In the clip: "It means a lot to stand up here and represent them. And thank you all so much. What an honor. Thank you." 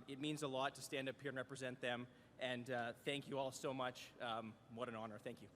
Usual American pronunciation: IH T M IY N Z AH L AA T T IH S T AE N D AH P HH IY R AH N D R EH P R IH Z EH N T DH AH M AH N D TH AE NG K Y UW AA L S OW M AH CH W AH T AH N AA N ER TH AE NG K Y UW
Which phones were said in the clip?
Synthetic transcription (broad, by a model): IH T M IY N Z AH L AA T T IH S T AE N D AH P HH IY R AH N R EH P R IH Z EH N DH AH M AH N TH AE NG K Y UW AA L S OW M AH CH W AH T AH N AA N ER TH AE NG K Y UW